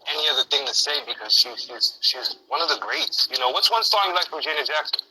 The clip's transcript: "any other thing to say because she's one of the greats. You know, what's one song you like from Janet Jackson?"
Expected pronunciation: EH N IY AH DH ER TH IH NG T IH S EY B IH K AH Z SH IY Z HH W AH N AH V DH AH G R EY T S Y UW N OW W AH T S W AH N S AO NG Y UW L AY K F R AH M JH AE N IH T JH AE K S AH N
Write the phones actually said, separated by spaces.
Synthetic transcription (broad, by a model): EH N IY AH DH ER TH IH NG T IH S EY B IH K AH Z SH IY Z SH W AH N AH V DH AH G R EY T S Y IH N OW W AH T S W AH N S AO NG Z L AY K F R AH M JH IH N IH JH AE K S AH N